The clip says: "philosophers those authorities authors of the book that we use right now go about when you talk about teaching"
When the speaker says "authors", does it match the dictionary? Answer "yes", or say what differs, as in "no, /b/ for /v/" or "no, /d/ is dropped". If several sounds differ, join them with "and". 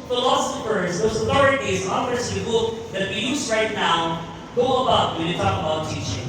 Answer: no, /f/ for /θ/